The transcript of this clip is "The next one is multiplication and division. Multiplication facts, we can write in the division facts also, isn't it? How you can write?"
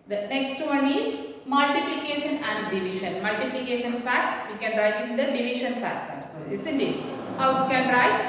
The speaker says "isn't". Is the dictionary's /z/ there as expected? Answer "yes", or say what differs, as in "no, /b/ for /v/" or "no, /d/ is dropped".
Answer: no, /s/ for /z/